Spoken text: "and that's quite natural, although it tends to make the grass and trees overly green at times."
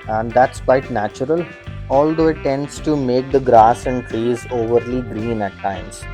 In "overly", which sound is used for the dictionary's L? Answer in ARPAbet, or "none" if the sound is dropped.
L